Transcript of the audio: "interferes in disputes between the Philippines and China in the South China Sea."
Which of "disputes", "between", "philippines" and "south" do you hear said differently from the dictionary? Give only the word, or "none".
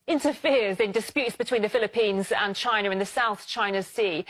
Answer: none